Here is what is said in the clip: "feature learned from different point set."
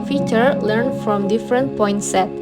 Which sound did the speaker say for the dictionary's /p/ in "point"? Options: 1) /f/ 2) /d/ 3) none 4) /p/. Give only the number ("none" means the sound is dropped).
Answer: 4